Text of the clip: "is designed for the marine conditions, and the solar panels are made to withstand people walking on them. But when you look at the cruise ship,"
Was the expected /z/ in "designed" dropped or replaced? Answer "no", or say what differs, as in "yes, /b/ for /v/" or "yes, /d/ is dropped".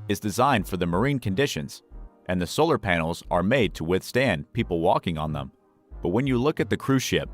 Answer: no